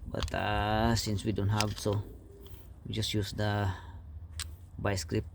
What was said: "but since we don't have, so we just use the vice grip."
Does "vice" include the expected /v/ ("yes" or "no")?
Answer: no